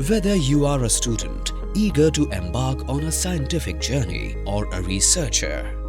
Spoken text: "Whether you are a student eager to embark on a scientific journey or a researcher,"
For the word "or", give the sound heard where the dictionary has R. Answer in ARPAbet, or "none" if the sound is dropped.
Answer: R